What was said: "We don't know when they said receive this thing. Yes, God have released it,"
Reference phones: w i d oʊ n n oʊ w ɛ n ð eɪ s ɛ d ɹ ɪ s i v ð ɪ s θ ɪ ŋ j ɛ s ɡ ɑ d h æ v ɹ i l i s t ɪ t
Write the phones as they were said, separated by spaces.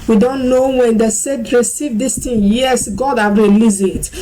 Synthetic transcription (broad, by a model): w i d oʊ n n oʊ w ɛ n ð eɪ s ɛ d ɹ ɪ s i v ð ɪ s t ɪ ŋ j ɛ s ɡ ɑ d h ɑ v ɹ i l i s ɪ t